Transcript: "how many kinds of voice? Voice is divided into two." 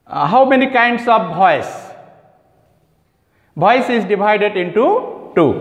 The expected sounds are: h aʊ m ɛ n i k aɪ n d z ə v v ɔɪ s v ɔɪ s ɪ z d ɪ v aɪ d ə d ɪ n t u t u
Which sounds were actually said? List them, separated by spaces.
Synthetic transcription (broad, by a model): h aʊ m ɛ n i k aɪ n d s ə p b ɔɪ s b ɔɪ s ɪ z d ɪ b aɪ d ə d ɪ n t u t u